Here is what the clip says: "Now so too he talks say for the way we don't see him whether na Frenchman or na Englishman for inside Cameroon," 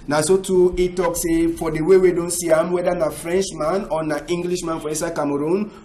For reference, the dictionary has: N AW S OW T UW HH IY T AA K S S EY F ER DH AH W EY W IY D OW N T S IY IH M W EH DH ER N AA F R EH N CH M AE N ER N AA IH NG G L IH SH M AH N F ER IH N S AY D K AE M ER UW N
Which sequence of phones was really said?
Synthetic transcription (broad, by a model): N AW S OW T UW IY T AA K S S EY F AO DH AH W EY W IY D OW N T S IY IH M W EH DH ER N AA F R EH N CH M AE N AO N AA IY NG G L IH SH M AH N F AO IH S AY K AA M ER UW N